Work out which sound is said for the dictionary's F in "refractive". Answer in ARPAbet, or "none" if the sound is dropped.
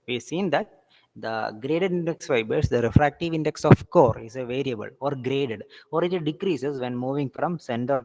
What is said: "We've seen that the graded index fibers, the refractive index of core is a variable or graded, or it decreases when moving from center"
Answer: F